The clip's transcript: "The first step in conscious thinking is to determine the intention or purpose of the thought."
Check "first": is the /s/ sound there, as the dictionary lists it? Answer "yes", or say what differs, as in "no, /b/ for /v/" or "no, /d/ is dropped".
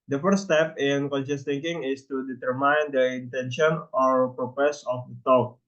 no, /s/ is dropped